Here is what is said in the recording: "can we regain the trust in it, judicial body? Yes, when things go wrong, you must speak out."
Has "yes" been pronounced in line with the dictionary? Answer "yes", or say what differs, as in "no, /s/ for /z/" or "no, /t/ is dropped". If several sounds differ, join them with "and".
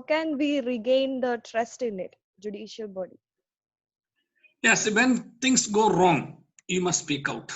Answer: yes